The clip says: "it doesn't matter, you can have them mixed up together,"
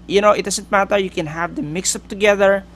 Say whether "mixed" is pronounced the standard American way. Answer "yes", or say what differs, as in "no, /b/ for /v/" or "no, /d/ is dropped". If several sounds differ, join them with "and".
no, /t/ is dropped